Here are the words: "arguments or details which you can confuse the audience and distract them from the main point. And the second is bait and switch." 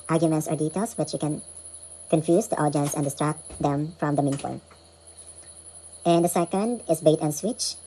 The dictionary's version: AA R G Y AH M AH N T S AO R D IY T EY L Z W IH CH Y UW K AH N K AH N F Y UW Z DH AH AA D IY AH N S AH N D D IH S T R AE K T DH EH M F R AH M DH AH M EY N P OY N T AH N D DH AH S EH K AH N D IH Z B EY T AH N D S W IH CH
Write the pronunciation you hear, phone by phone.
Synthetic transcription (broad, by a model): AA R G Y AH M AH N T S AO R D IY T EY L S W IH CH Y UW K AH N K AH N F Y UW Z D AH AA D IY AH N S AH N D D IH S T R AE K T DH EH M F R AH M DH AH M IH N F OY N T AH N D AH S EH K AH N D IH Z B EY T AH N S W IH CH